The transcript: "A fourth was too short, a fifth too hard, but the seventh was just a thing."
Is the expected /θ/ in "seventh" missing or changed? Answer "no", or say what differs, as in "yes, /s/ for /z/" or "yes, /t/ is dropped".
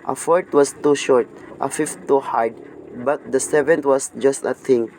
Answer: yes, /t/ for /θ/